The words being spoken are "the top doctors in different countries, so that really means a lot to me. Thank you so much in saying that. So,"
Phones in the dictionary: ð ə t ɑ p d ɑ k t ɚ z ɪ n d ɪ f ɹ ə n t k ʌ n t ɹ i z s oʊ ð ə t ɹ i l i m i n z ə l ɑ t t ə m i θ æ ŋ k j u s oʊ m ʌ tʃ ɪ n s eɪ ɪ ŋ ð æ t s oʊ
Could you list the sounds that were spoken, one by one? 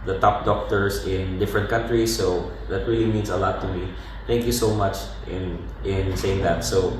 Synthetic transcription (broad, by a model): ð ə t ɑ p d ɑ k t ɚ s ɪ n d ɪ f ɹ ə n t k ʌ n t ɹ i s oʊ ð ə t ɹ i l i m i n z ə l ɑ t t ə m i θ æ ŋ k j u s oʊ m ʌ tʃ ɪ n s eɪ ɪ ŋ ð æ t s oʊ